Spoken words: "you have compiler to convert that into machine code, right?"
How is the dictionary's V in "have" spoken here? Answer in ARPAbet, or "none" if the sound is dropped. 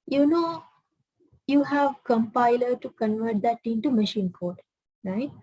V